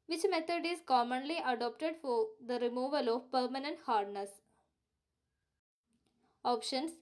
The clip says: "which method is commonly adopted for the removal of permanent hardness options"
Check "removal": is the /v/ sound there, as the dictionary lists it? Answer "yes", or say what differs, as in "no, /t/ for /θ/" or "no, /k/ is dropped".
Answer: yes